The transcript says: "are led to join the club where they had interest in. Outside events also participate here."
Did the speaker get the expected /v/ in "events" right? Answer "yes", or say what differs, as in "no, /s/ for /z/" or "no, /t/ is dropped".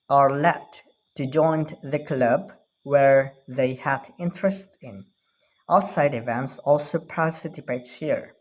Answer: yes